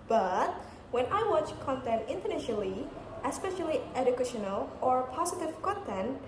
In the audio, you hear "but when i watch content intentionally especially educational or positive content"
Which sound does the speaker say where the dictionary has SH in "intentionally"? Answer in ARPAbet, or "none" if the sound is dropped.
none